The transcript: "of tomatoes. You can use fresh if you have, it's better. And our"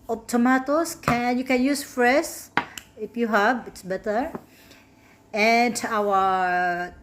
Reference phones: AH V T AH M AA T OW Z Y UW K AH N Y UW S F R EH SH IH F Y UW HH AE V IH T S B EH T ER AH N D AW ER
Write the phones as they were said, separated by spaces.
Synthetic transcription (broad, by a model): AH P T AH M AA T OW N Y UW K AH N Y UW S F R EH S IH F Y UW HH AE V IH T S B EH T ER AH N D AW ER